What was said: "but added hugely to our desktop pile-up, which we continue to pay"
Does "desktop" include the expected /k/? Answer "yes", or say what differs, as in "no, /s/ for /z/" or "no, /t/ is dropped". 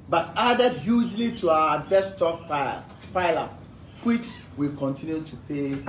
no, /k/ is dropped